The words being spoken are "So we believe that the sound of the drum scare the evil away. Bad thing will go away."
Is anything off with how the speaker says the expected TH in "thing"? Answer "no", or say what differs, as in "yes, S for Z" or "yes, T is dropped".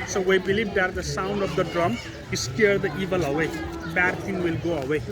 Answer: yes, T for TH